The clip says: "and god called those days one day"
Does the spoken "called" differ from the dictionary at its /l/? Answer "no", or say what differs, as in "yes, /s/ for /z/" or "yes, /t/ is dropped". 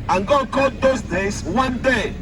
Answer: yes, /l/ is dropped